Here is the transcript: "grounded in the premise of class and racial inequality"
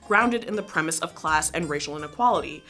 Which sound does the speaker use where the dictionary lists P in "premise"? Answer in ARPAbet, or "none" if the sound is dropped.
P